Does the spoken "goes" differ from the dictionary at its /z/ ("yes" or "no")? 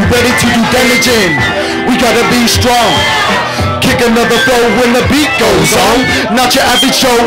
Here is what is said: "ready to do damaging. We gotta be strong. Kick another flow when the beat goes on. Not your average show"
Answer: no